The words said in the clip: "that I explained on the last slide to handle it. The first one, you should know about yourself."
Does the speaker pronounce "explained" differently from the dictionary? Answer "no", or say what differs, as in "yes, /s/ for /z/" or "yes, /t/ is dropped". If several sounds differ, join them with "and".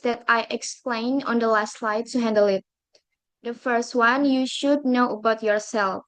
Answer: yes, /d/ is dropped